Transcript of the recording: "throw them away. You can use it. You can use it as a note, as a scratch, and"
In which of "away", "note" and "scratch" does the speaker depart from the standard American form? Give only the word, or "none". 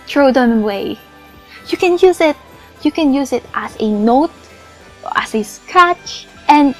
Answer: scratch